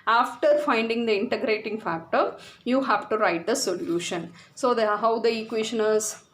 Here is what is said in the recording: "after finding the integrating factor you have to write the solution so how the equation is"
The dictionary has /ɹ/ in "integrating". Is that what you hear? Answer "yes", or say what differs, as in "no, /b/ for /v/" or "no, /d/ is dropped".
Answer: yes